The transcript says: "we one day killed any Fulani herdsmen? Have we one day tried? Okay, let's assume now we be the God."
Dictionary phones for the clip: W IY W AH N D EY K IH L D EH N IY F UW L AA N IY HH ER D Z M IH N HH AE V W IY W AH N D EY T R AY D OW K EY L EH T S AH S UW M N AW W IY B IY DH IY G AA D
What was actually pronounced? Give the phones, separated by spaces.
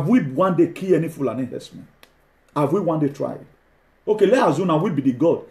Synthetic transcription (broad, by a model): W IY W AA N D EY K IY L EH N IY F UW L AA N IY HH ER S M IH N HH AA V W IY W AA N D EY T R AY D OW K EY L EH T AH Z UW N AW W IY B IY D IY G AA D